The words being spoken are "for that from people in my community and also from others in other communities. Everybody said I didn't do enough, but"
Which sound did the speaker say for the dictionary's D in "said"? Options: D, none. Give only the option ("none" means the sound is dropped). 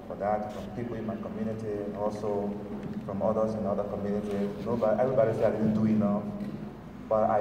none